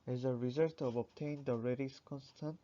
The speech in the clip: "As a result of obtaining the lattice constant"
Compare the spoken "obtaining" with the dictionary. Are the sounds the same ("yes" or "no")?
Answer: no